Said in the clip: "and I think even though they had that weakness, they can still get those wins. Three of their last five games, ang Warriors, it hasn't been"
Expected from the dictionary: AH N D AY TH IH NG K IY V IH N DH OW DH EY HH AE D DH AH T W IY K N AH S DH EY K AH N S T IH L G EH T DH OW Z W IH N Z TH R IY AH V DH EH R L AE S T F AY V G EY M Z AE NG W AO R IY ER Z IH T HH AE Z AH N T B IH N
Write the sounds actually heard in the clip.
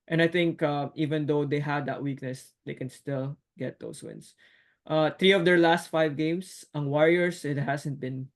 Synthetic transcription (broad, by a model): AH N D AY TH IH NG K IY V IH N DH OW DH EY HH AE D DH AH T W IY K N AH S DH EY K AH N S T IH L G EH T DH OW S W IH N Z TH R IY AH V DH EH R L AE S T F AY V G EY M S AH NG W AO R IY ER S IH T HH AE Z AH N T B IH N